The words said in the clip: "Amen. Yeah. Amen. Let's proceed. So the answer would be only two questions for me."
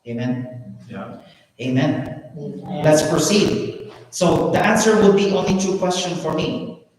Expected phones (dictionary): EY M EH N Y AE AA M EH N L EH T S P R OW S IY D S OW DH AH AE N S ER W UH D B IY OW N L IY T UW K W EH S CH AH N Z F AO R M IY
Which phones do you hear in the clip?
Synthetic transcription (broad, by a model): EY M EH N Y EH AA M EH N L EH T S P R OW S IY D S OW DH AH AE N S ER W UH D B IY OW N L IY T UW K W EH S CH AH N F AO R M IY